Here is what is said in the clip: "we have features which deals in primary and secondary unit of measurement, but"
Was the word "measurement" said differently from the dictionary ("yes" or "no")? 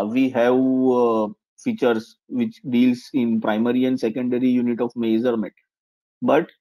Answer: yes